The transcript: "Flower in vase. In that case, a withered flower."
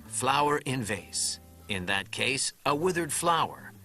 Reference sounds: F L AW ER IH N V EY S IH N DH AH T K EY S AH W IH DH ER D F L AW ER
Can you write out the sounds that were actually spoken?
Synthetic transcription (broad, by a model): F L AW ER IH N V EY S IH N DH AH T K EY S AH W IH DH ER D F L AW ER